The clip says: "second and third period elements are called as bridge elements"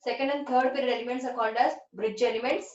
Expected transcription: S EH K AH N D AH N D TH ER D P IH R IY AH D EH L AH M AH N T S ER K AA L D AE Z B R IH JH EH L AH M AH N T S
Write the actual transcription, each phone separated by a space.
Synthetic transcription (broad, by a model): S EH K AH N D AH N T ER D P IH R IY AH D EH L AH M AH N T S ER K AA N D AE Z B R IH JH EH L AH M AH N T S